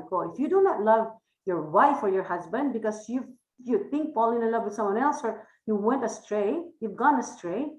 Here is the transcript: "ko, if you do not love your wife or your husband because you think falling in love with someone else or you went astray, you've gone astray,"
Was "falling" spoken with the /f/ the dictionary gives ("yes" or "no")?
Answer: no